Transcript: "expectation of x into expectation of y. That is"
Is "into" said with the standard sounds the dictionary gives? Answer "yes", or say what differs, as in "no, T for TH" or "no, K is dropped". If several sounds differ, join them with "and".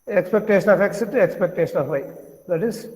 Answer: no, N is dropped